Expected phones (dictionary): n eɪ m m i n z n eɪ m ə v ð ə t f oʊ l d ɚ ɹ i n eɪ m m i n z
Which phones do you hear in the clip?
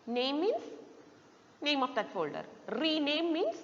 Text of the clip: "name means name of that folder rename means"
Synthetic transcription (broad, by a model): n eɪ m m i n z n eɪ m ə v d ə t f oʊ l d ɚ ɹ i n eɪ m m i n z